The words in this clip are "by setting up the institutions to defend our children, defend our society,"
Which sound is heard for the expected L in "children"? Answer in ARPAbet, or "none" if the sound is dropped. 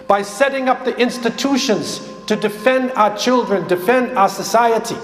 L